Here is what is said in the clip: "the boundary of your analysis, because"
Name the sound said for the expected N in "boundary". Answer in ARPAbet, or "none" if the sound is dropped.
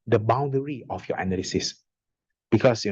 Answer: N